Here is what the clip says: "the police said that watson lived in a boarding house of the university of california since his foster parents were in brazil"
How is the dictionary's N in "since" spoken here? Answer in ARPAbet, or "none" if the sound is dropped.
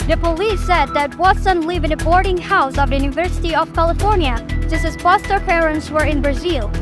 none